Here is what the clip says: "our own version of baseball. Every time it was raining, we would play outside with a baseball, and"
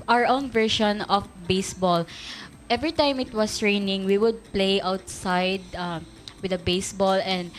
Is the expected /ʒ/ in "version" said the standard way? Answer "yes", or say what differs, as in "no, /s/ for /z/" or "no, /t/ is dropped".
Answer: no, /ʃ/ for /ʒ/